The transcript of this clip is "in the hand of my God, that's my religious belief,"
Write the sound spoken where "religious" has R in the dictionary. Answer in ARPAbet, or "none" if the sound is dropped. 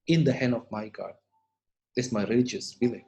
R